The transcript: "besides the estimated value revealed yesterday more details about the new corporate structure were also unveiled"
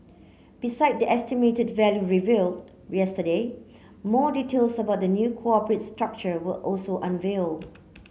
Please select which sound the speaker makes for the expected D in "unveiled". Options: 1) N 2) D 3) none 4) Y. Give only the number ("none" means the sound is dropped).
3